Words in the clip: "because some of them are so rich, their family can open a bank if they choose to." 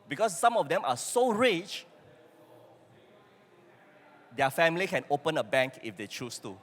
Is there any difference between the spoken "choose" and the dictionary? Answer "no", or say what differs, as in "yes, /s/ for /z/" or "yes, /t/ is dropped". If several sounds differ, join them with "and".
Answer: yes, /s/ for /z/